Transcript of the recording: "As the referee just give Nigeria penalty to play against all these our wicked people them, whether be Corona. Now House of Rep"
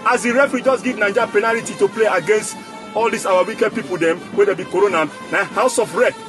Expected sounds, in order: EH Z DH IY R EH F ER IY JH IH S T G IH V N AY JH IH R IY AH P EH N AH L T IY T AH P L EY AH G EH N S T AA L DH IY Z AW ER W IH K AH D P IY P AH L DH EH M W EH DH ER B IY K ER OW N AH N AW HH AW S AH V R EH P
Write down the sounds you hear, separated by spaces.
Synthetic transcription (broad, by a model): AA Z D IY R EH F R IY JH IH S G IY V N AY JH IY P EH N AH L T IY T AH P L EY AH G EH N S T AA L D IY S AW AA W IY K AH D P IY P AH L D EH M W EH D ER B IY K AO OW N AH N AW HH AW S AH F R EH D